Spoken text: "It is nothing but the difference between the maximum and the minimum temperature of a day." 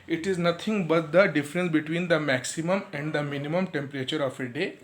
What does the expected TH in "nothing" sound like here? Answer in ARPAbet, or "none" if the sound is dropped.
T